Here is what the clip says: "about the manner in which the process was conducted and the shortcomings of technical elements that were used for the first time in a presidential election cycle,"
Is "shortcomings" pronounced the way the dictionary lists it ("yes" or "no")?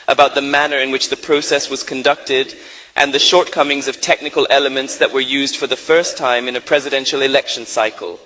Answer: yes